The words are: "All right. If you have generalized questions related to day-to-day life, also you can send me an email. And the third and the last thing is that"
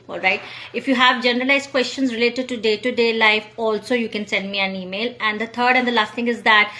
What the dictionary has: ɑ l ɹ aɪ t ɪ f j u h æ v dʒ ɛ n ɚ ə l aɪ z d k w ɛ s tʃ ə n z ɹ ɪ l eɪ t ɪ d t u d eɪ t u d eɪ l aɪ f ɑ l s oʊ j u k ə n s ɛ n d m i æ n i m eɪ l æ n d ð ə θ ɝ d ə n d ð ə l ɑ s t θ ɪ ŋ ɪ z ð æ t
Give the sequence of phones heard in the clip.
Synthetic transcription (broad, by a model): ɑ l ɹ aɪ t ɪ f j u h æ v dʒ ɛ n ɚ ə l aɪ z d k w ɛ s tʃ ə n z ɹ ɪ l eɪ t ɪ d t u d eɪ t u d eɪ l aɪ f ɑ l s oʊ j u k ə n s ɛ n d m i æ n i m eɪ l æ n d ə t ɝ d ə n d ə l ɑ s t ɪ ŋ ɪ z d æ t